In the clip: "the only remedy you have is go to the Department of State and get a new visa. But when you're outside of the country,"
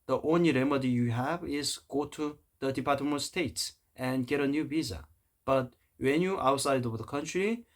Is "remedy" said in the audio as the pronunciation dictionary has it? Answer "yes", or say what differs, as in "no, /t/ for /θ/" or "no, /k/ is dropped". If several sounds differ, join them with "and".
yes